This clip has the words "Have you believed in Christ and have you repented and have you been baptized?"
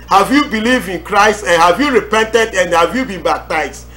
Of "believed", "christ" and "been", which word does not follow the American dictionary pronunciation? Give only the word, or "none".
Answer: none